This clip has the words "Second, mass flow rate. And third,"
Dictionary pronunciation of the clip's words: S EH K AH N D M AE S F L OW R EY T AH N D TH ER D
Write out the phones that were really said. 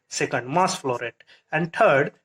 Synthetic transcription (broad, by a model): S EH K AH N D M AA S F L OW R EY T AH N D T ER D